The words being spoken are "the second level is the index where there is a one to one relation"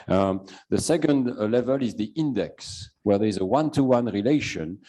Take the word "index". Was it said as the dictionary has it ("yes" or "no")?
yes